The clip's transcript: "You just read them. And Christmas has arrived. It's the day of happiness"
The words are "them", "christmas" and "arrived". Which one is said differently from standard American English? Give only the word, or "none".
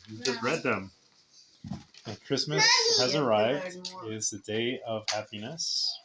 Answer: none